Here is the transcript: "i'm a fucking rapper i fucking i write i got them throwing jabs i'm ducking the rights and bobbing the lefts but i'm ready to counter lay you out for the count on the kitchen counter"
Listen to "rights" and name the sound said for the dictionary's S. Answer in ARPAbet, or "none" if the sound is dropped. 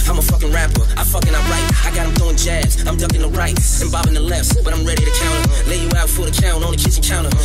none